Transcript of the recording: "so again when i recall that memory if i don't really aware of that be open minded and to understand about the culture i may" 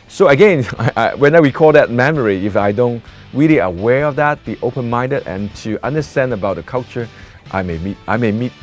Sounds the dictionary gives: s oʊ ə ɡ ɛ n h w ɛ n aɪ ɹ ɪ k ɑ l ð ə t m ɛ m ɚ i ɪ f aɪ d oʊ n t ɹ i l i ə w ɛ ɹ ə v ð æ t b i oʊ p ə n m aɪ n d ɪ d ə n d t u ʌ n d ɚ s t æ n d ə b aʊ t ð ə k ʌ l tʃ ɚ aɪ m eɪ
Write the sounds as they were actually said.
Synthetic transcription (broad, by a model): s oʊ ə ɡ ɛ n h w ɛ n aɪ w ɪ k ɑ l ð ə t m ɛ m ɚ i ɪ f aɪ d oʊ n t ɹ i l i ə w ɛ ɹ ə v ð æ t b i oʊ p ə n m aɪ n d ɪ d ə n t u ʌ n d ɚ s t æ n d ə b aʊ t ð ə k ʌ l tʃ ɚ aɪ m eɪ